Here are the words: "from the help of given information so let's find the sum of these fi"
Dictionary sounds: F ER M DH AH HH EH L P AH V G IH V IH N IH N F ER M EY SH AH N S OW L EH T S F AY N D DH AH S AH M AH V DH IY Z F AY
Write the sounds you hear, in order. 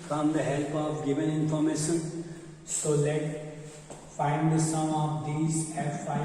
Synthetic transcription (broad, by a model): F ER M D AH HH EH L P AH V G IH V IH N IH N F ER M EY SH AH N S OW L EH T F AY N D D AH S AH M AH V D IY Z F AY